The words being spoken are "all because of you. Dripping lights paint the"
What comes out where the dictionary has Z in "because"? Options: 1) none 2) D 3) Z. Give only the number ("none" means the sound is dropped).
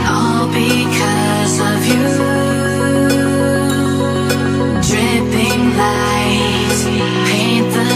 3